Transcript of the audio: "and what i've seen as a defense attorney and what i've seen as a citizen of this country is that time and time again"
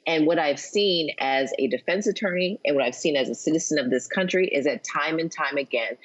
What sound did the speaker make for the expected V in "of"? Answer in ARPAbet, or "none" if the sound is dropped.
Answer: V